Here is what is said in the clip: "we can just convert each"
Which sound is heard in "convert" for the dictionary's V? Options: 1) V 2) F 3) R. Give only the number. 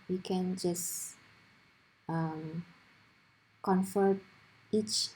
2